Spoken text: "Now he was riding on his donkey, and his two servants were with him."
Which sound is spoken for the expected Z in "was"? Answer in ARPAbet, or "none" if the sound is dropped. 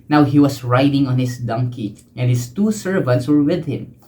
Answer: S